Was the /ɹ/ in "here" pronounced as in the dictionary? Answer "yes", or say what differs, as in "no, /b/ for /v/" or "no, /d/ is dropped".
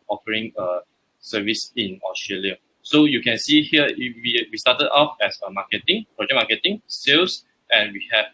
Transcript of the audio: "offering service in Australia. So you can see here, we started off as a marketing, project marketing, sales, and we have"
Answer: no, /w/ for /ɹ/